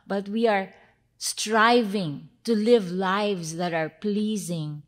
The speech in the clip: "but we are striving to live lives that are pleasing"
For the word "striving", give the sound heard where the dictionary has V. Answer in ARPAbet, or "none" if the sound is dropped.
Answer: V